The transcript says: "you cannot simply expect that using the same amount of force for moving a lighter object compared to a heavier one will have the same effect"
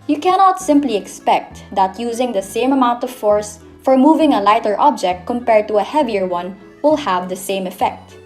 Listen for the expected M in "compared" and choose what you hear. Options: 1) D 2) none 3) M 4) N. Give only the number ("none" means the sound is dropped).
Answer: 3